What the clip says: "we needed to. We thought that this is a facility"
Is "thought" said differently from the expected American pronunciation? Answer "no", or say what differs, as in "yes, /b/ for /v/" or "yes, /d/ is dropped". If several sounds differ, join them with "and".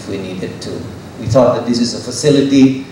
no